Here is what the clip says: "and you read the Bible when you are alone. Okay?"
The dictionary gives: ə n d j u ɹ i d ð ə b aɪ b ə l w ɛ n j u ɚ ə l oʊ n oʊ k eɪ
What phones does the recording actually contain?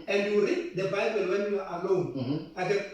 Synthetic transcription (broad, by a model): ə n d j u ɹ i d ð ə b aɪ b ə l w ɛ n j u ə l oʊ ɑ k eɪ